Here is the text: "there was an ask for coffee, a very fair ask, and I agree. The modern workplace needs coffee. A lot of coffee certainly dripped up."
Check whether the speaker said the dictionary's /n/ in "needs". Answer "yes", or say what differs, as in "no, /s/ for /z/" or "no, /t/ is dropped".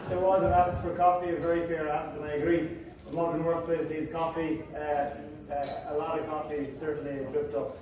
no, /l/ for /n/